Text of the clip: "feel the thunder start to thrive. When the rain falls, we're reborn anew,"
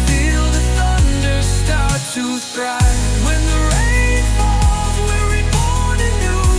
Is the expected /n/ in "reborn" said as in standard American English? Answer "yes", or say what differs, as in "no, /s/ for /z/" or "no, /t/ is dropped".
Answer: no, /n/ is dropped